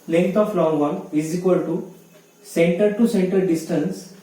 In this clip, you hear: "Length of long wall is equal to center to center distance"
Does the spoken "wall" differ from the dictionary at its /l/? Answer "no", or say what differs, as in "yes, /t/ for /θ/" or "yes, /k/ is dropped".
yes, /n/ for /l/